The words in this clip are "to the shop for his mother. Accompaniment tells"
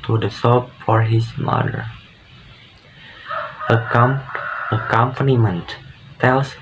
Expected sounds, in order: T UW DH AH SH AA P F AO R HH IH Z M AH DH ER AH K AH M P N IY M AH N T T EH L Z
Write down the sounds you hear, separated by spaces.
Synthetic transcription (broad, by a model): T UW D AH S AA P F AO R HH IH S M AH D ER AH K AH M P N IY M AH N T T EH L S